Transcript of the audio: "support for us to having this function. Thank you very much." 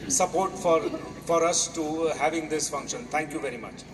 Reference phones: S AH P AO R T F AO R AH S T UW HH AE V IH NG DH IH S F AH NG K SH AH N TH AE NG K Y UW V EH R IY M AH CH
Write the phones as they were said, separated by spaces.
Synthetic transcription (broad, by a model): S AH P AO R T F AO R AH S T UW HH AE V IH NG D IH S F AH NG K SH AH N T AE NG K Y UW V EH R IY M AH CH